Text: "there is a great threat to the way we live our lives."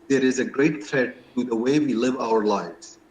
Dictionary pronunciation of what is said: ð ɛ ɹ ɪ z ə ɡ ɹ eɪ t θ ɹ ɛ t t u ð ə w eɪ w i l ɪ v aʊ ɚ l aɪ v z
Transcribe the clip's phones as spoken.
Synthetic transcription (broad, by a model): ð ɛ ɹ ɪ z ə ɡ ɹ eɪ t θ ɹ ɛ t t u ð ə w eɪ w i l ɪ v aʊ ɚ l aɪ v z